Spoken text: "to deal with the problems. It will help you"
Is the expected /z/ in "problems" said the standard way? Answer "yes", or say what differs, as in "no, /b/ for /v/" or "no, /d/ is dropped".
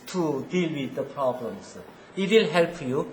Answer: no, /s/ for /z/